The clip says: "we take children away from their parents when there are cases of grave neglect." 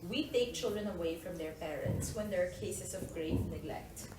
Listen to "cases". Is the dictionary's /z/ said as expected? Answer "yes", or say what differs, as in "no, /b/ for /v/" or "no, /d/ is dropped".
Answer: no, /s/ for /z/